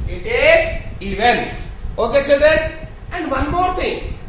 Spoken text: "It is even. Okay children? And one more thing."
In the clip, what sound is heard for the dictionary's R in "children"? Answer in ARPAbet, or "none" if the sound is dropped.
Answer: none